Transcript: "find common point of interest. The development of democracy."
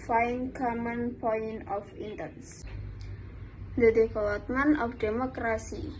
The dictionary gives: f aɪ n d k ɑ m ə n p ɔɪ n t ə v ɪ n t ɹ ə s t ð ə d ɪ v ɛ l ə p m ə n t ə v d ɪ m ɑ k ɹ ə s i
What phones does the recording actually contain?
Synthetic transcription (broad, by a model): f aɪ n k ɑ m ə n p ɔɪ n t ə f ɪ n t ə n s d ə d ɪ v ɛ l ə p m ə n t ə f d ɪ m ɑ k ɹ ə s i